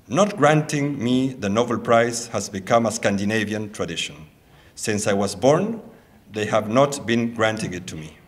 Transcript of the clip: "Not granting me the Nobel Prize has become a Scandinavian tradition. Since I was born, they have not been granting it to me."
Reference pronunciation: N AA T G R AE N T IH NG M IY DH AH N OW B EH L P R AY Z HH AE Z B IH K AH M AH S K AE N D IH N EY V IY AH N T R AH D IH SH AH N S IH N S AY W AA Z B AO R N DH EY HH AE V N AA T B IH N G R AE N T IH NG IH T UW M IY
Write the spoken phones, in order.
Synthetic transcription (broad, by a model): N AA T G R AE N T IH NG M IY DH AH N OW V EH L P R AY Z HH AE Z B IH K AH M AH S K AE N D IH N EY V IY AH N T R AH D IH SH AH N S IH N S AY W AA Z B AO R N DH EY HH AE V N AA T B IH N G R AE N T IH NG IH T UW M IY